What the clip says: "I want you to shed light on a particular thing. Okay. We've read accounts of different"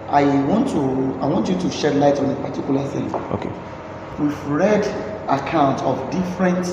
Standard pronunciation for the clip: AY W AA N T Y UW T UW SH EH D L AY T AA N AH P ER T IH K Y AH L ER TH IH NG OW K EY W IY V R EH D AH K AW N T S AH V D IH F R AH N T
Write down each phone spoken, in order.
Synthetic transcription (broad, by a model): AY W AA N T Y UW T UW SH EH D L AY T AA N AH P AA T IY K Y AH L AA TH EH OW K EY W IY V R EH D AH K AW N T AH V D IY F R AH N T